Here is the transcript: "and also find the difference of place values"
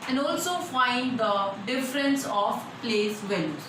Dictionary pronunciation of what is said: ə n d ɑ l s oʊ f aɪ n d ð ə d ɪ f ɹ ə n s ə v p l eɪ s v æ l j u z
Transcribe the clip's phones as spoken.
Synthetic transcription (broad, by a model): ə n d ɑ l s oʊ f aɪ n d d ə d ɪ f ɹ ə n s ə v p l eɪ s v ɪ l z